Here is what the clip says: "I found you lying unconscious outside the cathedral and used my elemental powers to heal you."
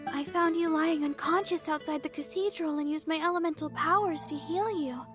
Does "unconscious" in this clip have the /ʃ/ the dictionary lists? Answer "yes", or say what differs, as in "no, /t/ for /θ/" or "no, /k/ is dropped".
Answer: yes